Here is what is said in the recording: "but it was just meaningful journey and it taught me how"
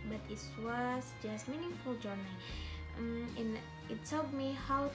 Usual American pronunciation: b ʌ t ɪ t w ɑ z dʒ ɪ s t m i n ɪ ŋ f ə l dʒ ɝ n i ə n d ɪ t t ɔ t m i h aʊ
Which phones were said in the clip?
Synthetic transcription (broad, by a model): b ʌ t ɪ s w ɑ s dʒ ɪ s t m i n ɪ ŋ f ə l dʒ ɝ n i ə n ɪ t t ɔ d m i h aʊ